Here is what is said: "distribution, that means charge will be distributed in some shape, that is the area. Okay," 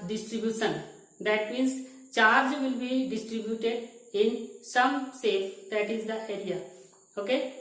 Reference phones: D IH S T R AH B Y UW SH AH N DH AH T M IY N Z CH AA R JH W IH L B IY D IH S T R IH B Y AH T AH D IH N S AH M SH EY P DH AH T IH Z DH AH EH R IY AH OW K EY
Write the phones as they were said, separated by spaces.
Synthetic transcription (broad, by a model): D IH S T R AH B Y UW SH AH N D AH T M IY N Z CH AA R JH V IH L B IY D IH S T R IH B Y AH T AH D IH N S AH M S EY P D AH T IH Z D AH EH R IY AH OW K EY